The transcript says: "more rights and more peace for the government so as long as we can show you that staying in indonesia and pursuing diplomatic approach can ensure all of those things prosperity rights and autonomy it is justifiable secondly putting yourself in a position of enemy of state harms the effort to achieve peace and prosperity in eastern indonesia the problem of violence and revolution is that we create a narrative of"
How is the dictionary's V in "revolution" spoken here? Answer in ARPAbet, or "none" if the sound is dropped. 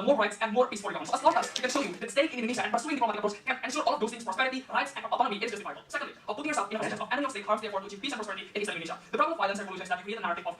none